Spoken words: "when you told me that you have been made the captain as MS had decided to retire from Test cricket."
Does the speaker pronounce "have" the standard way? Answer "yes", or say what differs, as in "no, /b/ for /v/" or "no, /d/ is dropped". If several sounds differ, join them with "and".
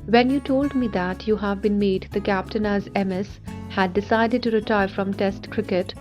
yes